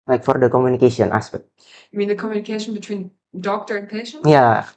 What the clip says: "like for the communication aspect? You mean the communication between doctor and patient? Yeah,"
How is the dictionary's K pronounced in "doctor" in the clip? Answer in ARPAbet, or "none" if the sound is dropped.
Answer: K